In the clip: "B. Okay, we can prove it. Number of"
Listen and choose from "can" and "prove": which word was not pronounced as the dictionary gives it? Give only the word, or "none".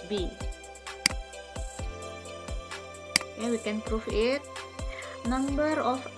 prove